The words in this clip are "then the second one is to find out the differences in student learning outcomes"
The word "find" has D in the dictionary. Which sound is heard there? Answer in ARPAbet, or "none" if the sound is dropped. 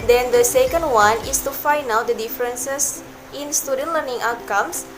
none